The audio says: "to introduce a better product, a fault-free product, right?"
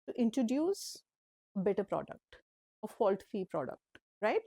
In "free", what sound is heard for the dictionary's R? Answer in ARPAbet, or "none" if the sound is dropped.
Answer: none